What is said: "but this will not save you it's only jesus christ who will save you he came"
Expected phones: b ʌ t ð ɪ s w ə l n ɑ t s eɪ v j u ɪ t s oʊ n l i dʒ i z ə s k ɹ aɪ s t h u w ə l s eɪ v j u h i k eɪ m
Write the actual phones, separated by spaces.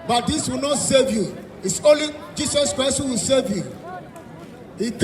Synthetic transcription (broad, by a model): b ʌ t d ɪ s w ə l n ɑ t s eɪ v j u ɪ t s oʊ n l i dʒ i s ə s k ɹ aɪ s t h u w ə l s eɪ v j u h i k